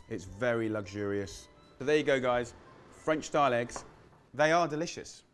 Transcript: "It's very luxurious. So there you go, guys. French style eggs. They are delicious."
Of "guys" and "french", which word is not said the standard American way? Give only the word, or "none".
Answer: none